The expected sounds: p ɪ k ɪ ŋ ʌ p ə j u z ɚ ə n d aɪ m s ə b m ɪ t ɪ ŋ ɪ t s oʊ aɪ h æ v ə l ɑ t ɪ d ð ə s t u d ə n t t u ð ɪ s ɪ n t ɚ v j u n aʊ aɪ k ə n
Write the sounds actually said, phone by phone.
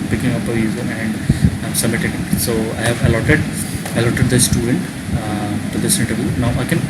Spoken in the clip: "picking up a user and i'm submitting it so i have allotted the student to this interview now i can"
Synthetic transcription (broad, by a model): p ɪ k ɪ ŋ ʌ p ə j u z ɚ ə n d s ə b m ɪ t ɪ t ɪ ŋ s oʊ aɪ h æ v ə l ɑ t ɪ d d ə s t u d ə n t t u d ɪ s ɪ n t ɚ v j u n aʊ aɪ k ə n